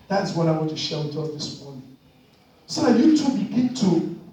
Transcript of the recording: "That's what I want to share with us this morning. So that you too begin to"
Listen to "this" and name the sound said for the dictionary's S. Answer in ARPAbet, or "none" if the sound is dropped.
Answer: S